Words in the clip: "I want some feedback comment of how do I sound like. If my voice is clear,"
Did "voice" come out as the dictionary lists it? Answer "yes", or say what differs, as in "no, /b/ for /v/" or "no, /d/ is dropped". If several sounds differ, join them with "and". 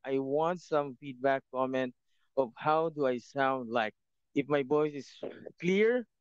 no, /b/ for /v/